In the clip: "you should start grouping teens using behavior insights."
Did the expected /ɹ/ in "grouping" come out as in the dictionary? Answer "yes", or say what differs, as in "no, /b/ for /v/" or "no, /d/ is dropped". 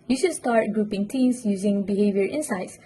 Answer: yes